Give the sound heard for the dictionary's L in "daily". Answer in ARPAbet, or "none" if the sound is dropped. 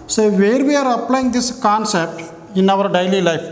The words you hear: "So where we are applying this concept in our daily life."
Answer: L